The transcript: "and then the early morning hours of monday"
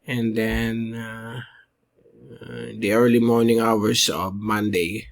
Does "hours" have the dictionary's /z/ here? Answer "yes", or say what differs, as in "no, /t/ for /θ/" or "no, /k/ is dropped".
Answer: no, /s/ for /z/